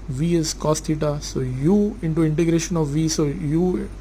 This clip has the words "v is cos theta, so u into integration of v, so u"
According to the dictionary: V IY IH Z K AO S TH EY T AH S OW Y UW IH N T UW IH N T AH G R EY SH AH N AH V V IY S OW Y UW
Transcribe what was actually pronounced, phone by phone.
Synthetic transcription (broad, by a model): V IY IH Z K AO S T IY T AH S OW Y UW IH N T UW IH N T AH G R EY SH AH N AH V V IY S OW Y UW